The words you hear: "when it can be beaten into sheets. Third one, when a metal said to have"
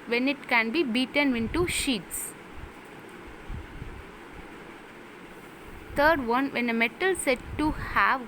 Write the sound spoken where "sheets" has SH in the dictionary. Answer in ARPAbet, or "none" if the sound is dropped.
SH